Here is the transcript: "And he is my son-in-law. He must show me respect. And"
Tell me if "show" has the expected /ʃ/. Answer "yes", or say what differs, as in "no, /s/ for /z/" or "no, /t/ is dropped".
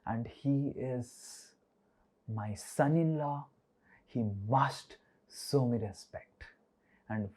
no, /s/ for /ʃ/